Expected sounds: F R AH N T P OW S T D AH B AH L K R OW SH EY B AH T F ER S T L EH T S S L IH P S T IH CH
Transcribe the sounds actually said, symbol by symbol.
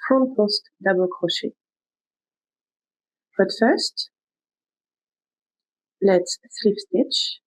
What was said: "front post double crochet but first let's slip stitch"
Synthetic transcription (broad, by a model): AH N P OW S T D AH B AH L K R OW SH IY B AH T F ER S T L EH T S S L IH F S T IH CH